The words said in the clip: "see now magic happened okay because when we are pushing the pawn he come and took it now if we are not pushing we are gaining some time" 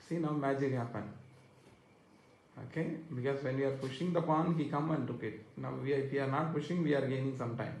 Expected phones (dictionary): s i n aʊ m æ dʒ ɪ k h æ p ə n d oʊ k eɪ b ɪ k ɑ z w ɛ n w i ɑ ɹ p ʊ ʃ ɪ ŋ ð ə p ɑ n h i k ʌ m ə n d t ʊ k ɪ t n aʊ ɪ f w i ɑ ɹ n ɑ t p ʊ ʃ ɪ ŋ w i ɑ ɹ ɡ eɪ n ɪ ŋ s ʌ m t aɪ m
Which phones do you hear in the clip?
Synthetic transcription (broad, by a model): s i n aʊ m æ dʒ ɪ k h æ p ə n oʊ k eɪ b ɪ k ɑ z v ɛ n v i ɑ ɹ p ʊ ʃ ɪ ŋ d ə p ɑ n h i k ʌ m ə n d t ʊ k ɪ t n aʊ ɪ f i ɑ ɹ n ɑ t p ʊ ʃ ɪ ŋ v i ɑ ɹ ɡ eɪ n ɪ ŋ s ʌ m t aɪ m